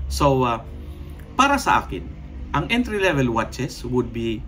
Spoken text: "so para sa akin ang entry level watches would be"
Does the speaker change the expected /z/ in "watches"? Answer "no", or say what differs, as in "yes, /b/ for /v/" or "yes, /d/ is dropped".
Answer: yes, /s/ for /z/